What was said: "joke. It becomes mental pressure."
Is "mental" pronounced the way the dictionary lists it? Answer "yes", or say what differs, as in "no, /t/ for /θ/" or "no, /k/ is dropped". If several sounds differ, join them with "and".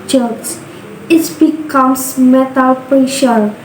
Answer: no, /n/ is dropped